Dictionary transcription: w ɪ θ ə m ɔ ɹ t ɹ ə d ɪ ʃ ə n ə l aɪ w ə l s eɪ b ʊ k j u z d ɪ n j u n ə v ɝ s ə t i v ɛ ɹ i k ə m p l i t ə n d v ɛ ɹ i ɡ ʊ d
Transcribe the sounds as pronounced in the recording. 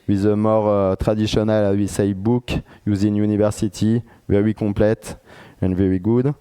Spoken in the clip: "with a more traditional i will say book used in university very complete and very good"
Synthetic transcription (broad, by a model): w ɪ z ə m ɔ ɹ t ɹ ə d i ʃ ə n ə l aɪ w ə s eɪ b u k j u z ɪ n j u n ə v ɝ s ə t i v ɛ ɹ i k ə p l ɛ t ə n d v ɛ ɹ i ɡ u d